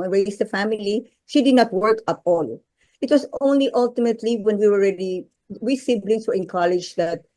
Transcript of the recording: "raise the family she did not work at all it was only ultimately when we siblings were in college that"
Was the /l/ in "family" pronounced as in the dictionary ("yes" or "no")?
yes